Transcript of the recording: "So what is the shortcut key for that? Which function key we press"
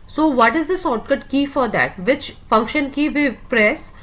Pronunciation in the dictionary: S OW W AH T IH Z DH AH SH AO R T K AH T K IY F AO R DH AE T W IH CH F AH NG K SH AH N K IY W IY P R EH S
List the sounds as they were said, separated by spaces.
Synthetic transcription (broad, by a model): S OW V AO T IH Z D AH S AO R T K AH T K IY F AO R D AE T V IH CH F AH NG K SH AH N K IY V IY P R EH S